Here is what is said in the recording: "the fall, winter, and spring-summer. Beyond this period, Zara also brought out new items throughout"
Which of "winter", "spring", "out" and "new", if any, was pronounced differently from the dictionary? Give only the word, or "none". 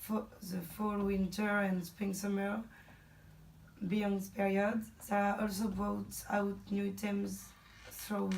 spring